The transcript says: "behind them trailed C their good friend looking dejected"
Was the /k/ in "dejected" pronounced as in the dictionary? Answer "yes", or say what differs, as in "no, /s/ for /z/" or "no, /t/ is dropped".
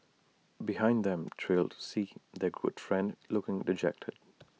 yes